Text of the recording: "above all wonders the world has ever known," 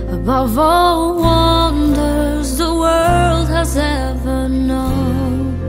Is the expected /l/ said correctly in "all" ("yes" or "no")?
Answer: yes